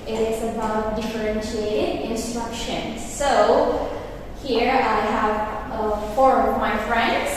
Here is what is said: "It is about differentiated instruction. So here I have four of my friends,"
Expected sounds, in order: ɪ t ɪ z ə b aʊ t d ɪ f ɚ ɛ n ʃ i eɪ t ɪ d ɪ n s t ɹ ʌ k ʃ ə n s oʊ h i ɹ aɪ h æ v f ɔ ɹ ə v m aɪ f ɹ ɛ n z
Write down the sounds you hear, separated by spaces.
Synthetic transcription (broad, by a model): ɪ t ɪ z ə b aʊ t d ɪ f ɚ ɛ n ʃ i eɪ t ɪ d ɪ n s t ɹ ʌ k ʃ ə n s oʊ h i ɹ aɪ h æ v f ɔ ɹ ə v m aɪ f ɹ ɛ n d